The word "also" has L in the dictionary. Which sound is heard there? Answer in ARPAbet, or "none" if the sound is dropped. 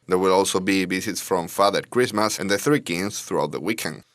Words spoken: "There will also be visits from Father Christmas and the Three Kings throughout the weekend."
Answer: L